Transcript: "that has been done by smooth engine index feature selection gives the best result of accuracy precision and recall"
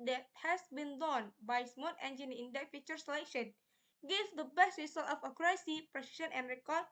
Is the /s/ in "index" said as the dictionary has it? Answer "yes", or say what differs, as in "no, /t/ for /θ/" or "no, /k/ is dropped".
no, /s/ is dropped